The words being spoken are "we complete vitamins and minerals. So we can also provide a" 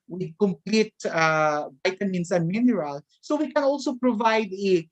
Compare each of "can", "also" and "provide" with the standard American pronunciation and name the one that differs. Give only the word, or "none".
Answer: none